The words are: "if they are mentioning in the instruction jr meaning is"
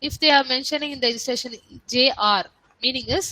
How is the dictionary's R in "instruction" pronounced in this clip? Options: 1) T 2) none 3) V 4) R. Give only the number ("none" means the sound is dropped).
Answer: 2